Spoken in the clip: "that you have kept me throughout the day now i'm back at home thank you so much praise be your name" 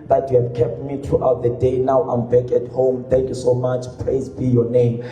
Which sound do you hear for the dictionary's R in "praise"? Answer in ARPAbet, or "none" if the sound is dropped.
L